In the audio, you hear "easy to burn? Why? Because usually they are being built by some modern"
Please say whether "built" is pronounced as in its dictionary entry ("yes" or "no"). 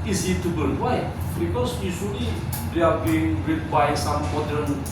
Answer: no